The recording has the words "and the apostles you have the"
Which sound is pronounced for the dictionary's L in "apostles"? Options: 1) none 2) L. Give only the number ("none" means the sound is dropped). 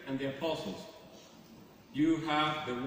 2